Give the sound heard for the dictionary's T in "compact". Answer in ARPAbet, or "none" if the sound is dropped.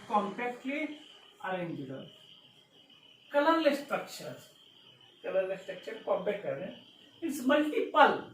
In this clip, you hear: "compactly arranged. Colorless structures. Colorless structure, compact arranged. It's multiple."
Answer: none